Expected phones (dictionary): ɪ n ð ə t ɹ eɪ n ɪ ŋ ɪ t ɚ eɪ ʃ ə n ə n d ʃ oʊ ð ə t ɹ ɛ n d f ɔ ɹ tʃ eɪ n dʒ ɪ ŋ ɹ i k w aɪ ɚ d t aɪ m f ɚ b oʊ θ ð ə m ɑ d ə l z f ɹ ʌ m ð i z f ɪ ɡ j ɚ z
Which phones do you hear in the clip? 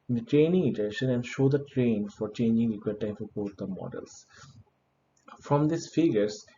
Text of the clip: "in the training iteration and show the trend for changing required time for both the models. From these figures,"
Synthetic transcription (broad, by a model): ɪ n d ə t ɹ eɪ n ɪ ŋ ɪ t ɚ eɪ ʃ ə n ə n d ʃ oʊ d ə t ɹ ɛ n f ɔ ɹ tʃ eɪ n dʒ ɪ ŋ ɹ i k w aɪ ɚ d t aɪ m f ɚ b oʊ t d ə m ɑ d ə l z f ɹ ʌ m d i s f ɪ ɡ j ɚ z